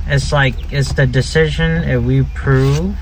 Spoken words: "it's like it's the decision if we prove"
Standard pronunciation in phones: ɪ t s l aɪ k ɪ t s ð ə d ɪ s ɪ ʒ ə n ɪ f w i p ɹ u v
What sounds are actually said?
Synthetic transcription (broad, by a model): ɪ t s l aɪ k ɪ t s ð ə d ɪ s ɪ ʒ ə n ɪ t w i p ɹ u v